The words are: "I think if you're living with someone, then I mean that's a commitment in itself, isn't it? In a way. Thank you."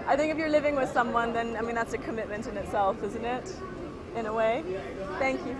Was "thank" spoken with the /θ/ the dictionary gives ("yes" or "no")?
yes